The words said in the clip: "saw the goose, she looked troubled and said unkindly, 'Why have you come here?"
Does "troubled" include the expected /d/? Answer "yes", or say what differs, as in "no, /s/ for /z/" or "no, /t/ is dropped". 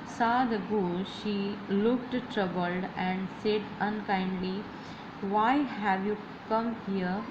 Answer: yes